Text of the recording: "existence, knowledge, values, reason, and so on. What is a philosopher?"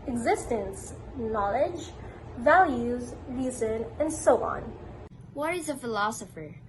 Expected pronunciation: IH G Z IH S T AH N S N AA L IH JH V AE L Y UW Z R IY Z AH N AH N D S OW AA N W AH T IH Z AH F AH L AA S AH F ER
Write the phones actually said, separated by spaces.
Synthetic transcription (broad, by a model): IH G Z IH S T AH N S N AA L IH JH V AE L Y UW Z R IY Z AH N AH N D S OW AA N W AH T IH Z AH F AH L AA S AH F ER